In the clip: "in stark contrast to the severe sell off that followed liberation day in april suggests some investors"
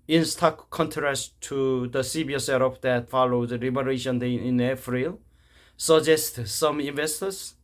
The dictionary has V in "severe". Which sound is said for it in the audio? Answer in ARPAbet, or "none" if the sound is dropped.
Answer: B